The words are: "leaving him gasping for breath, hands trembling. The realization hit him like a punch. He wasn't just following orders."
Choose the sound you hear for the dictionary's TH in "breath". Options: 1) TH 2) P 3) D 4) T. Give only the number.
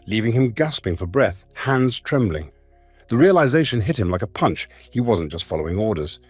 1